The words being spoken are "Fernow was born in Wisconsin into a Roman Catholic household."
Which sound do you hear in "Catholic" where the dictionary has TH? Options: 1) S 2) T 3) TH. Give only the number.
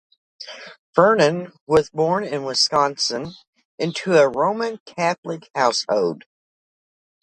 3